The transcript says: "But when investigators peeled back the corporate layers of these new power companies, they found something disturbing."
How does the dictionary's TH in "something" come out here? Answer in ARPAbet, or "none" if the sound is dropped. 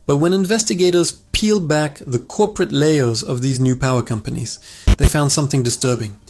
TH